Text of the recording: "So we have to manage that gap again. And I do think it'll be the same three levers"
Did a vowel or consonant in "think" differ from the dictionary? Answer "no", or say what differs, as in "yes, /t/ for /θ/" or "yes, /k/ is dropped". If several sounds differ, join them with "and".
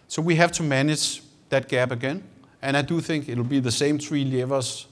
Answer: no